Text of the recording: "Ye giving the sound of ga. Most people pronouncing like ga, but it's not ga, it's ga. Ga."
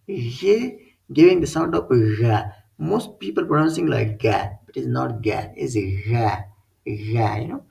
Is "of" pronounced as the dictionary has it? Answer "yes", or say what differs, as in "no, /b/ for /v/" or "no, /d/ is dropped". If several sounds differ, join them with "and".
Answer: no, /p/ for /v/